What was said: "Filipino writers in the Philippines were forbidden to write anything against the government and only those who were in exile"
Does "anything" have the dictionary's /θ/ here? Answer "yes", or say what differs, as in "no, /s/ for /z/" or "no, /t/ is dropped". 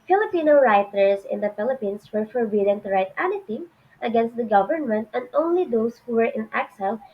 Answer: no, /t/ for /θ/